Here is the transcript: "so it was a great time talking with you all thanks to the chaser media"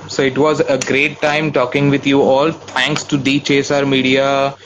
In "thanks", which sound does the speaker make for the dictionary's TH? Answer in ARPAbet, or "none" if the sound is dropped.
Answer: T